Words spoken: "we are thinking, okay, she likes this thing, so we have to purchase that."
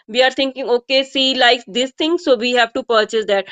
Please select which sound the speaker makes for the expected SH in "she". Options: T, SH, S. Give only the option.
S